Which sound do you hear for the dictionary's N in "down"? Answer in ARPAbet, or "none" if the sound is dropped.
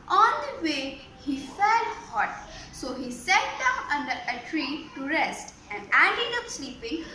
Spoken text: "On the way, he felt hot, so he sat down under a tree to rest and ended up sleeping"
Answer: none